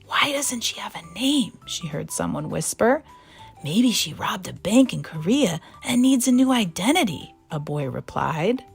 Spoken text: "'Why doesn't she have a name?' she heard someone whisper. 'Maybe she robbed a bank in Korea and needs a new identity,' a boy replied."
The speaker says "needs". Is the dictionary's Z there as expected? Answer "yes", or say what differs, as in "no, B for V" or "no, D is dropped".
yes